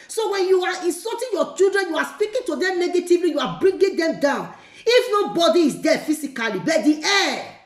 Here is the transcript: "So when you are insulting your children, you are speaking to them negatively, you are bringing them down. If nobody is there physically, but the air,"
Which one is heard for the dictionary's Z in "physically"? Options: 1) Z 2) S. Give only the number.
2